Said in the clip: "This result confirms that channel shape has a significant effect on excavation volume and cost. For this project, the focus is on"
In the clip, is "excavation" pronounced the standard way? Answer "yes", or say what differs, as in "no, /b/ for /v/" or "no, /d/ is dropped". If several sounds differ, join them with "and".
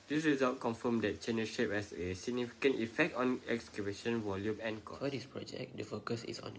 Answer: no, /b/ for /v/